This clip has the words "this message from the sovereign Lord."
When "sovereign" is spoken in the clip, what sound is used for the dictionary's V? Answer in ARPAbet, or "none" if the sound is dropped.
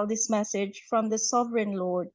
V